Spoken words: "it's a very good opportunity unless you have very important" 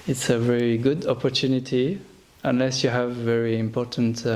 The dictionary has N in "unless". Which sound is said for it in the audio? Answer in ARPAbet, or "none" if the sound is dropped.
N